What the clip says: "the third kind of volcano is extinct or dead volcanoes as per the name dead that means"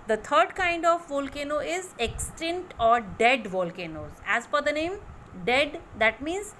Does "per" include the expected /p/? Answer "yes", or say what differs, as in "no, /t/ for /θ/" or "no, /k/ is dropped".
no, /f/ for /p/